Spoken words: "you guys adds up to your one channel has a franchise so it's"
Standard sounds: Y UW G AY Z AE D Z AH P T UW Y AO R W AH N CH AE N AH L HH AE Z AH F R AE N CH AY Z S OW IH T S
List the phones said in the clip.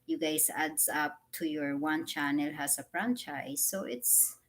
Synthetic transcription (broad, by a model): Y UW G AY S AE D S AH P T UW Y AO R W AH N CH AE N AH L HH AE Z AH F R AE N CH AY S OW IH T S